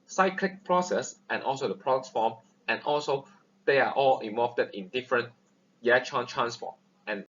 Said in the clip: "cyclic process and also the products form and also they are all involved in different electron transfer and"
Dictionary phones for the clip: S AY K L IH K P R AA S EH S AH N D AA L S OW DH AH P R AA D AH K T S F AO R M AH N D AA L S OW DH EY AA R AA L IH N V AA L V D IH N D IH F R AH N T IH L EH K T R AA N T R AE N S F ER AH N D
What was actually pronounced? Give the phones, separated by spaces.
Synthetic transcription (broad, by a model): S AY K L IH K P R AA S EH S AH N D AA L S OW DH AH P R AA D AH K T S F AO M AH N AA L S OW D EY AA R AA L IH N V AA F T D IH N D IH F R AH N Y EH T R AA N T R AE N S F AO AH N